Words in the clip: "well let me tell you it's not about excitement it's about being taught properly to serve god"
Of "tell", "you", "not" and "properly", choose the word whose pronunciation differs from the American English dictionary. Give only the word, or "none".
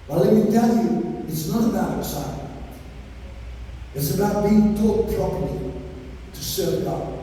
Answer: properly